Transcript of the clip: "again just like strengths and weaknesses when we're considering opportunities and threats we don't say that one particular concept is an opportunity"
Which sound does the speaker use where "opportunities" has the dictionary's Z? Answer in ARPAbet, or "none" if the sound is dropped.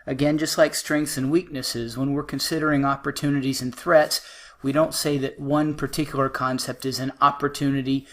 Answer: Z